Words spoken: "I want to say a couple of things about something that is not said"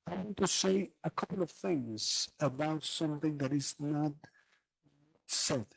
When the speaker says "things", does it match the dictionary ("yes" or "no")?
yes